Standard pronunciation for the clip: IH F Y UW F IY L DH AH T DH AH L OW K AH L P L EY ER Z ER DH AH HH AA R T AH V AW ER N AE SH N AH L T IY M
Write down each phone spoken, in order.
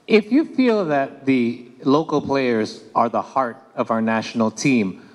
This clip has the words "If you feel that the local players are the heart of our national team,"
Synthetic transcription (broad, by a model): IH F Y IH F IY L DH AH T DH AH L OW K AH L P L EY ER Z ER DH AH HH AA R T AH V AW ER N AE SH N L T IY M